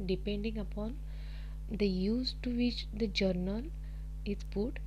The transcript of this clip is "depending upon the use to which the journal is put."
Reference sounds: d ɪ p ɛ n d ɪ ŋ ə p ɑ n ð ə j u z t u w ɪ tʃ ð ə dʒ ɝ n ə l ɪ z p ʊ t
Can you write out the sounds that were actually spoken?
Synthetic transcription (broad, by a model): d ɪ p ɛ n d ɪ ŋ ə p ɑ n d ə j u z t u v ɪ tʃ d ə dʒ ɝ n ə l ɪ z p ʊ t